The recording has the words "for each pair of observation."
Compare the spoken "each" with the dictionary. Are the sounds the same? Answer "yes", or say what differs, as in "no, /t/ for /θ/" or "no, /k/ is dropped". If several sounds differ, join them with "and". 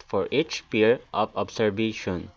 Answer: yes